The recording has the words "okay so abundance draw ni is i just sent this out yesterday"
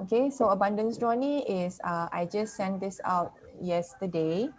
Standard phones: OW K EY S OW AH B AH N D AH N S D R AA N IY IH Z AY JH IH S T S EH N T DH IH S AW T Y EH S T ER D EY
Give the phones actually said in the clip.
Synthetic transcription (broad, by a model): OW K EY S OW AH B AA N D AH N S D R AA N IY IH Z AY JH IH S S EH N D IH S AW T Y EH S T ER D EY